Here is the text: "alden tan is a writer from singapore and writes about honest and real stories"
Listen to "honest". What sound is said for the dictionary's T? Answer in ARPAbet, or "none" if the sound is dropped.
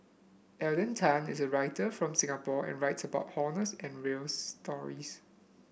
none